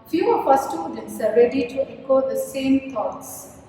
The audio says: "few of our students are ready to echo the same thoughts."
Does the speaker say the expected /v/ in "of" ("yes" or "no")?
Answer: no